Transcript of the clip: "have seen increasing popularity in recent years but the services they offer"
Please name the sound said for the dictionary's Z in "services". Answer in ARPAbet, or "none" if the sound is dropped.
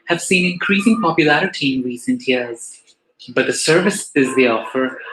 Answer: Z